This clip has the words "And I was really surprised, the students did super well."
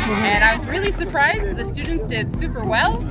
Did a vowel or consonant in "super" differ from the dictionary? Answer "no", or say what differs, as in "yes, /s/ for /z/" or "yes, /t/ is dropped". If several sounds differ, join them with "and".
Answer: no